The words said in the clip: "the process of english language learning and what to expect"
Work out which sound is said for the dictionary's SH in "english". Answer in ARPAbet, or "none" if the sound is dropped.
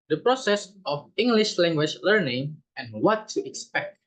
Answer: SH